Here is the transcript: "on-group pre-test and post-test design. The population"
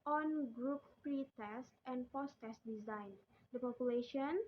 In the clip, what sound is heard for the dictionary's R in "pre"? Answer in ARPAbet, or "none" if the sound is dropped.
R